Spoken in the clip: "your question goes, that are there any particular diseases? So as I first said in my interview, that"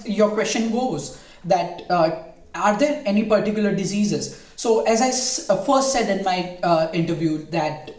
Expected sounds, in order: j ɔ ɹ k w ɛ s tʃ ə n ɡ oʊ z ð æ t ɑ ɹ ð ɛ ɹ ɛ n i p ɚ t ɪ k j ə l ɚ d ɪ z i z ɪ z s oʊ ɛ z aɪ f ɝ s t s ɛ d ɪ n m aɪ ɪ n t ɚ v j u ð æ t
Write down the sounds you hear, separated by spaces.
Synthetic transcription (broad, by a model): j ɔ ɹ k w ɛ s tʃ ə n ɡ oʊ z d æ t ɑ ɹ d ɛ ɹ ɛ n i p ɚ t ɪ k j ə l ɚ d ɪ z i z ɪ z s oʊ ɛ z aɪ f ɝ s t s ɛ d ɪ n m aɪ ɪ n t ɚ v j u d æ t